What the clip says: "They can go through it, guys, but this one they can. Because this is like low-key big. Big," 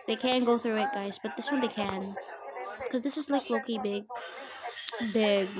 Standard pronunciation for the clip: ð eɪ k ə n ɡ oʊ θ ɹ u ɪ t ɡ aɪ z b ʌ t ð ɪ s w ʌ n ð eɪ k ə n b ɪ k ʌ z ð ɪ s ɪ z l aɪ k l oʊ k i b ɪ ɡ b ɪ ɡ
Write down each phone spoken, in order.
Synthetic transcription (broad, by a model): ð eɪ k ə n ɡ oʊ θ ɹ u ɪ t ɡ aɪ z b ʌ t ð ɪ s w ʌ n ð eɪ k ə n k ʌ z ð ɪ s ɪ z l aɪ k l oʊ k i b ɪ ɡ b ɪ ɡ